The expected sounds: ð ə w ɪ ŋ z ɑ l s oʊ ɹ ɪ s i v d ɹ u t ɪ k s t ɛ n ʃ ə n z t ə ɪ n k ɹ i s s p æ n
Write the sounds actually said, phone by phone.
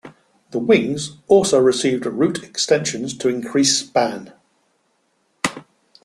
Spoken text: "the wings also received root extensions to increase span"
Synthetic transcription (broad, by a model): ð ə w ɪ ŋ z ɑ l s oʊ ɹ ɪ s i v d ɹ u t ɪ k s t ɛ n ʃ ə n z t ə ɪ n k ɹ i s s p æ n